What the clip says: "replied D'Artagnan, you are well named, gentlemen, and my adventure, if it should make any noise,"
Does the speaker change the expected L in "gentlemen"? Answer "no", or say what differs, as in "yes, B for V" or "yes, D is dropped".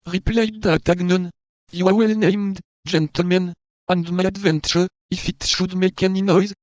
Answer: no